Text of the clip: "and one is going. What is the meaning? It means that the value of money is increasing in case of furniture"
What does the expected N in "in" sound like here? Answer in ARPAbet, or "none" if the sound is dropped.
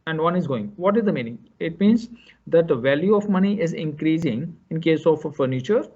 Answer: N